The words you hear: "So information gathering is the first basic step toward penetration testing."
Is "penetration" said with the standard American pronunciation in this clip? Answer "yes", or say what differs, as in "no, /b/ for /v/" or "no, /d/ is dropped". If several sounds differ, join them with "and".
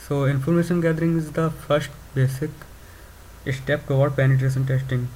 no, /s/ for /ʃ/